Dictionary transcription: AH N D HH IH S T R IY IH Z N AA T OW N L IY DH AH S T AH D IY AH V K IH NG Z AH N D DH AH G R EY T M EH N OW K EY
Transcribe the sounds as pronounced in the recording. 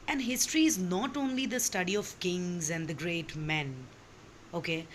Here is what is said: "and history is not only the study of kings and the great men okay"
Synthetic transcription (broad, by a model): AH N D HH IH S T R IY IH Z N AA T OW N L IY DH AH S T AH D IY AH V K IH NG Z AH N D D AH G R EY T M EH N OW K EY